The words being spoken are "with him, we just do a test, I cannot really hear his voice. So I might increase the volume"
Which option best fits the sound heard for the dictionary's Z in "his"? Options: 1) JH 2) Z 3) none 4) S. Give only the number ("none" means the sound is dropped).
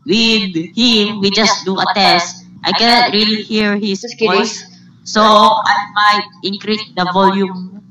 4